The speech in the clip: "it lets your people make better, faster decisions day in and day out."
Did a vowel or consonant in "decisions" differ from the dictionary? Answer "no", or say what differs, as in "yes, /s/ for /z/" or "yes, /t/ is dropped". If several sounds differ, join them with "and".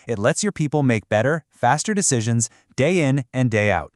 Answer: no